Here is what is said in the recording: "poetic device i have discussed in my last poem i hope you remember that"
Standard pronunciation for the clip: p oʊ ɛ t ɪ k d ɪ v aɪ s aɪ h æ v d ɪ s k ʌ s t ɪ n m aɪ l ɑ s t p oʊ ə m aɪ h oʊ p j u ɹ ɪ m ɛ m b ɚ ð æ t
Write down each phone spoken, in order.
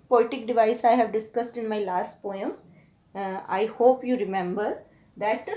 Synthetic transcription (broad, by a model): p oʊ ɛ t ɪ k d ɪ v aɪ s aɪ h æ v d ɪ s k ʌ s t ɪ n m aɪ l ɑ s t p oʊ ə m aɪ h oʊ p j u ɹ ɪ m ɛ m b ɚ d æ t